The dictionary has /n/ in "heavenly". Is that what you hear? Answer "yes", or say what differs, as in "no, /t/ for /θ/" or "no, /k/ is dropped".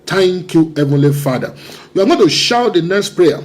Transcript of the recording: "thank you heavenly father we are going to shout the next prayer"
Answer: yes